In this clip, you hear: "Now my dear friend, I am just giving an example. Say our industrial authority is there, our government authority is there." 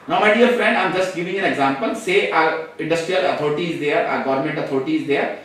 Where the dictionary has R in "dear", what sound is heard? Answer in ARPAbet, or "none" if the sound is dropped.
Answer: L